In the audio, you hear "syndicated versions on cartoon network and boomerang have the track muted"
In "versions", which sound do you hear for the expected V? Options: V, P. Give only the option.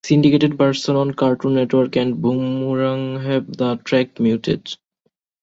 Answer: P